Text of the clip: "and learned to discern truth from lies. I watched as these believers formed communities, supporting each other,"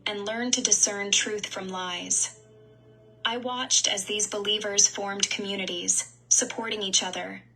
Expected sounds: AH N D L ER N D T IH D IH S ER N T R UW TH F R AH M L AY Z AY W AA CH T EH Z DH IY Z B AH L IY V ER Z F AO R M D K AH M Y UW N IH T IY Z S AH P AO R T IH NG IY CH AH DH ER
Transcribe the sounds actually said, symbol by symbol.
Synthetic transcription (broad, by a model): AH N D L ER N T IH D IH S ER N T R UW TH F R AH M L AY Z AY W AA CH T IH Z DH IY Z B AH L IY V ER Z F AO R M D K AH M Y UW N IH T IY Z S AH P AO R T IH NG IY CH AH DH ER